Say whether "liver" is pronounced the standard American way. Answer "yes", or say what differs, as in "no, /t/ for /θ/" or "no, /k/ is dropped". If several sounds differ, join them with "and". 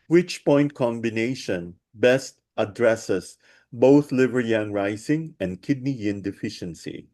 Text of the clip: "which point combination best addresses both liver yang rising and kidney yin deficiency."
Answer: yes